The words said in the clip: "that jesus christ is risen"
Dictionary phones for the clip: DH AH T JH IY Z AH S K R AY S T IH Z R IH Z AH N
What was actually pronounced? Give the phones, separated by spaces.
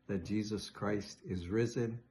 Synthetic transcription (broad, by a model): DH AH T JH IY Z AH S K R AY S T IH Z R IH Z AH N